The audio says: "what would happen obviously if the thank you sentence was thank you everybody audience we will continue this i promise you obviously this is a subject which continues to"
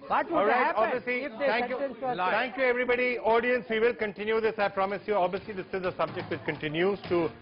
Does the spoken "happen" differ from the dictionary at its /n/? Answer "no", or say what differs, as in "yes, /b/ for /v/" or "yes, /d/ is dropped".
yes, /n/ is dropped